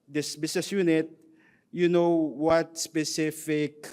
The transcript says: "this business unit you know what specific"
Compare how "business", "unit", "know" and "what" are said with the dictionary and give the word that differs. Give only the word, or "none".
business